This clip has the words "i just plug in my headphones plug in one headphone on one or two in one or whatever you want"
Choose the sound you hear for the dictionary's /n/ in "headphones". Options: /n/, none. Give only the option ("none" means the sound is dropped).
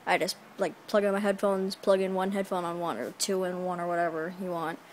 /n/